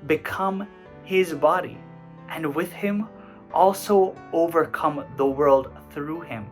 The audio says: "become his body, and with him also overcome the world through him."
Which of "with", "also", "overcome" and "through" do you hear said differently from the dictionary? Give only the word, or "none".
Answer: none